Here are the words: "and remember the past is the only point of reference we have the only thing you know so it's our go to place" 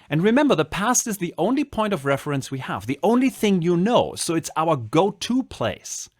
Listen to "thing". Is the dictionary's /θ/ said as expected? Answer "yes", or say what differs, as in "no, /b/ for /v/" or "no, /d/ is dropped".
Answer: yes